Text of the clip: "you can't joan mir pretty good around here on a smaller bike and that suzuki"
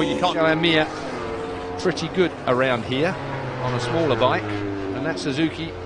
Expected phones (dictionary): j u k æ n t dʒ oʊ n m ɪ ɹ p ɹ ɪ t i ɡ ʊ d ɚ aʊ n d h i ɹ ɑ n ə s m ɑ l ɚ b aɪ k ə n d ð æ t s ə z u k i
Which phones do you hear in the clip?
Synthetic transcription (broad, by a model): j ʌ k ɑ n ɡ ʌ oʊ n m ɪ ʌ p ɹ ɪ t i ɡ ʊ d ɚ aʊ n d h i ɹ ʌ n ə s m ɑ l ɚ b aɪ k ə n ð æ t s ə z u k i